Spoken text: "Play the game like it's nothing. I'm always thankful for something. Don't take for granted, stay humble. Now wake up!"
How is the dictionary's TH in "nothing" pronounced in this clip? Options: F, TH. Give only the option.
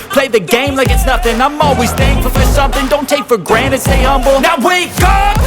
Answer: TH